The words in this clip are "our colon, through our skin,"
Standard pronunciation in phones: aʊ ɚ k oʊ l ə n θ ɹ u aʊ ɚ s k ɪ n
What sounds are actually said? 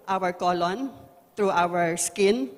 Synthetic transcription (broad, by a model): aʊ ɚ k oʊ l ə n t ɹ u aʊ ɚ s k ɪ n